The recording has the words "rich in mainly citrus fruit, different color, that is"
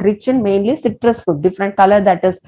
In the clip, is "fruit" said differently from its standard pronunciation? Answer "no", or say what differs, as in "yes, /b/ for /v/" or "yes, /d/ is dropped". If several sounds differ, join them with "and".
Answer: yes, /ɹ/ is dropped